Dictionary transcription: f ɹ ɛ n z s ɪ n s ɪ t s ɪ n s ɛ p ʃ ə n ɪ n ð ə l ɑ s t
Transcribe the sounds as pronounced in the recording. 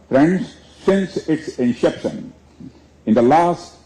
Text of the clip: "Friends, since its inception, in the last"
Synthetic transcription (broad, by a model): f ɹ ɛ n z s ɪ n s ɪ t s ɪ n ʃ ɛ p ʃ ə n ɪ n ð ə l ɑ s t